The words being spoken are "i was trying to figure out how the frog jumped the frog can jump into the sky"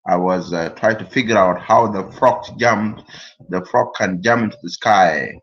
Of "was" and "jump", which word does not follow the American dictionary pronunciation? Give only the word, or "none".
none